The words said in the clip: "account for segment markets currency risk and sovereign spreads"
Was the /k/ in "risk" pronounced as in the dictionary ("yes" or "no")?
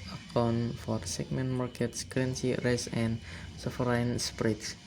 no